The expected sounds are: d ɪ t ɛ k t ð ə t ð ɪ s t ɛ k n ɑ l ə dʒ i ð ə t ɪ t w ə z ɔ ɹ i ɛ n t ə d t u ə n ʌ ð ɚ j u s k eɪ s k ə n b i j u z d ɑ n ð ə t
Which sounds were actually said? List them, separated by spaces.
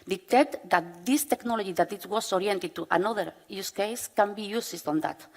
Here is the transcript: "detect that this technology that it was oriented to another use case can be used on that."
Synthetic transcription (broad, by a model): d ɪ t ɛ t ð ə t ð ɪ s t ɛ k n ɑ l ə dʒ i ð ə t ɪ t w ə s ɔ ɹ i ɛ n t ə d t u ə n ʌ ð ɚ j u s k eɪ s k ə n b i j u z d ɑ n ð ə t